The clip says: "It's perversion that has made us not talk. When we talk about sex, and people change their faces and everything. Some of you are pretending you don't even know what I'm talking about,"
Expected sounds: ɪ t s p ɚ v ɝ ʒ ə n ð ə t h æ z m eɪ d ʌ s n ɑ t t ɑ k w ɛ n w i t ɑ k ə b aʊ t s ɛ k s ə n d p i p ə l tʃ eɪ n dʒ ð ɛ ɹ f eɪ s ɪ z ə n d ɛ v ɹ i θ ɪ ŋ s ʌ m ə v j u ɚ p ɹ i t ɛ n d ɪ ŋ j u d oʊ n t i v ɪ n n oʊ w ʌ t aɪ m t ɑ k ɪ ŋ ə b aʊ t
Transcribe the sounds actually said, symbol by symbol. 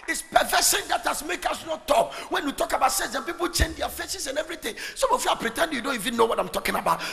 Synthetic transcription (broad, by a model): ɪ t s p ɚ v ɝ ʃ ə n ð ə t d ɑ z m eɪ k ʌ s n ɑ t t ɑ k w ɛ n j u t ɑ k ə b aʊ t s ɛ s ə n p i p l tʃ eɪ n dʒ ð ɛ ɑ f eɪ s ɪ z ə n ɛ v ɹ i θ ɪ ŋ s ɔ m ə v j u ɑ p ɹ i t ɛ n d j u d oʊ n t i v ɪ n n oʊ w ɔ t aɪ m t ɑ k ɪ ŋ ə b aʊ t